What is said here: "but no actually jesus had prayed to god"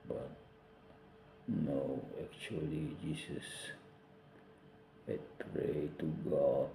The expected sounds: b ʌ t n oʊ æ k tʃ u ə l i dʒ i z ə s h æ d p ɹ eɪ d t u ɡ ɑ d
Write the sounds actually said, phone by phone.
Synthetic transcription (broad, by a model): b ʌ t n oʊ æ k tʃ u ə l i dʒ i s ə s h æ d p ɹ eɪ t u ɡ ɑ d